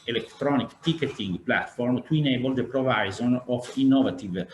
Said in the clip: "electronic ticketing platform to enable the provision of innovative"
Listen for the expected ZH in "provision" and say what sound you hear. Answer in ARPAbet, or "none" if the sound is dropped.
Z